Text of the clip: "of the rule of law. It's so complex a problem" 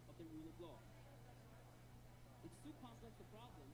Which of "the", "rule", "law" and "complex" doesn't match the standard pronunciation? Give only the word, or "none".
complex